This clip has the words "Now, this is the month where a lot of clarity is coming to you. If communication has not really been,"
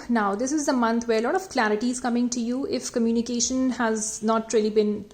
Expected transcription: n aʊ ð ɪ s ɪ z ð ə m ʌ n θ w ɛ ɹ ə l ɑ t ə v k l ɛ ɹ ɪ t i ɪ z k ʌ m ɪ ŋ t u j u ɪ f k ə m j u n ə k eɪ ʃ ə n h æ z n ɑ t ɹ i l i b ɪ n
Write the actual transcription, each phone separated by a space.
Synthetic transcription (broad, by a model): n aʊ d ɪ s ɪ z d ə m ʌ n t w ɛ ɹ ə l ɑ t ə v k l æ ɹ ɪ t i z k ʌ m ɪ ŋ t u j u ɪ f k ə m j u n ə k eɪ ʃ ə n h æ z n ɑ t ɹ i l i b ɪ n